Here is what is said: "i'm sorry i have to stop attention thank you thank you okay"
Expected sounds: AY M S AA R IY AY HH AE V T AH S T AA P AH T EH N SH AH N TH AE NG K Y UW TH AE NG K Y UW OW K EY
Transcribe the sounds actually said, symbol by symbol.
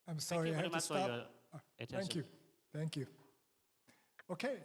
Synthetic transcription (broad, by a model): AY M S AA R IY AY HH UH P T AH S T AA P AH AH TH AE NG K Y UW TH AE NG K Y UW OW K EY